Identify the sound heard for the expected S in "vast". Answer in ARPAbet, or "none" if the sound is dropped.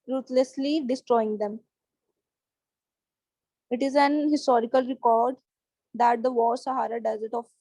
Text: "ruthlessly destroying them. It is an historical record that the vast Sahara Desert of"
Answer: none